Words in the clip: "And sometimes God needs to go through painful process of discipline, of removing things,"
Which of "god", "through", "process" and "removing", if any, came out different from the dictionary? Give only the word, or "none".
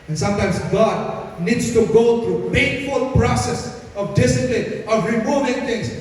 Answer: through